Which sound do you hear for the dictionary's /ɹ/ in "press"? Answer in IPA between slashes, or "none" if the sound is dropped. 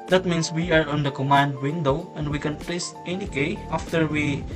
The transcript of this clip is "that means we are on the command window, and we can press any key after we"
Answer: /l/